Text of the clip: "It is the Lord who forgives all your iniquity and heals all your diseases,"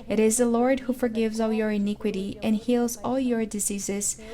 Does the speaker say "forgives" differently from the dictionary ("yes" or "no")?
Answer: no